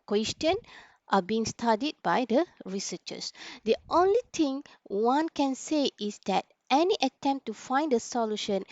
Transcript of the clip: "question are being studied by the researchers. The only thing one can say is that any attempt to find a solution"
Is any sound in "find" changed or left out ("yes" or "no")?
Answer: no